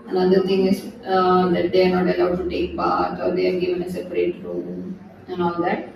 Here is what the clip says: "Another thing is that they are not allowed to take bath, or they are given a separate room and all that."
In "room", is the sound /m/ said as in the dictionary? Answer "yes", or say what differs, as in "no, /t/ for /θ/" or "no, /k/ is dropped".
no, /m/ is dropped